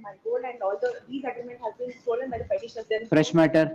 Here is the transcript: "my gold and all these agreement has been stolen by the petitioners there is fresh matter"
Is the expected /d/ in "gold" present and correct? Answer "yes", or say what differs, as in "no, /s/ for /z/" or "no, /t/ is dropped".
no, /d/ is dropped